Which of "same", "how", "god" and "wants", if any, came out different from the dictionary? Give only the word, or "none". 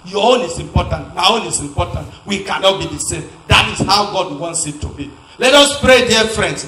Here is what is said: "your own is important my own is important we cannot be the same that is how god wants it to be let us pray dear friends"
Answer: none